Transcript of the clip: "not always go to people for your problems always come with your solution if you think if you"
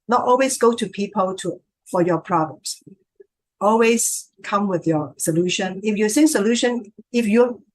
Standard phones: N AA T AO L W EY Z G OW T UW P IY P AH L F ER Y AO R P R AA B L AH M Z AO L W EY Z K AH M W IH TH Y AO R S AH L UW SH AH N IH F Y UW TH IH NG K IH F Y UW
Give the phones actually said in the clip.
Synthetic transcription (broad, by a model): N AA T AO L W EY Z G OW T UW P IY P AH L F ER Y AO P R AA B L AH M S AO L W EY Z K AH M W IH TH Y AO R S AH L UW SH AH N IH F Y UW S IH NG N IH F Y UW